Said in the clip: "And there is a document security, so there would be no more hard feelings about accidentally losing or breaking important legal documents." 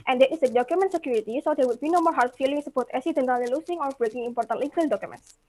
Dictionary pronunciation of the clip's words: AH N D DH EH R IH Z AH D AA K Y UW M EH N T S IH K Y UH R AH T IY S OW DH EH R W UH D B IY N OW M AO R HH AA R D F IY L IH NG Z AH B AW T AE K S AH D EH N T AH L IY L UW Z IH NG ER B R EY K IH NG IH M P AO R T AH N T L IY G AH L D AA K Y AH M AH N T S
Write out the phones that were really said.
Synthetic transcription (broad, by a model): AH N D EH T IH S AH D AA K Y UW M EH N T S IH K Y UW R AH T IY S OW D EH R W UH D B IY N OW M AO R HH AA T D F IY L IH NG S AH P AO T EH S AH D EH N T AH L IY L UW S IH NG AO B R EY K IH NG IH M P AO R T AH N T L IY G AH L D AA K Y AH M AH N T S